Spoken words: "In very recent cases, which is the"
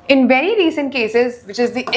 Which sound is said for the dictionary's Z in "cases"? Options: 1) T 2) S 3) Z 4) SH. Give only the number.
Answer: 3